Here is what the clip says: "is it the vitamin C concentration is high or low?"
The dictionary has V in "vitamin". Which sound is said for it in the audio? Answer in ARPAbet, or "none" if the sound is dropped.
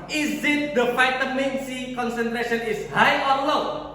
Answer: F